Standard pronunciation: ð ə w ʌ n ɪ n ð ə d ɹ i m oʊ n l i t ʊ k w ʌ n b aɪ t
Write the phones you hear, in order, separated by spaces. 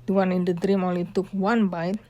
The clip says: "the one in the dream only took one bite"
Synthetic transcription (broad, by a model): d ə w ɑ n ɪ n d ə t ɹ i m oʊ l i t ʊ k w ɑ n b aɪ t